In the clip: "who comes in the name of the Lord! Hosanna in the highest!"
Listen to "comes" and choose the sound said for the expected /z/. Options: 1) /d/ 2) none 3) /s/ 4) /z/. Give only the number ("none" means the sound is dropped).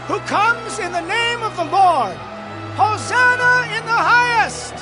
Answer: 4